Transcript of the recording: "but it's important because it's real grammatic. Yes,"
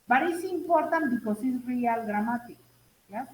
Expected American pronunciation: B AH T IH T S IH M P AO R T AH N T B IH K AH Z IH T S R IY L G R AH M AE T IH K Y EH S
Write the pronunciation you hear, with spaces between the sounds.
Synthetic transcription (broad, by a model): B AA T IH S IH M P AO R T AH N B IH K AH S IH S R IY L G R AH M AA T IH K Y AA